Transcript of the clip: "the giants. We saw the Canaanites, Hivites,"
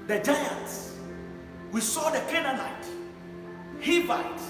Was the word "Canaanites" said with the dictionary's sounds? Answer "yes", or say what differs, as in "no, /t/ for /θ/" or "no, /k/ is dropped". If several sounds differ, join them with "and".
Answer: no, /s/ is dropped